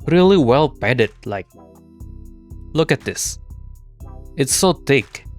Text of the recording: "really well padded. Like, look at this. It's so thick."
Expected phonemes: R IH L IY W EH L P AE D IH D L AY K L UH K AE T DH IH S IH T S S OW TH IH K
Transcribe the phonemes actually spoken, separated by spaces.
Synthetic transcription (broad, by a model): R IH L IY W EH L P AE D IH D L AY K L UH K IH T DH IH S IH T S S OW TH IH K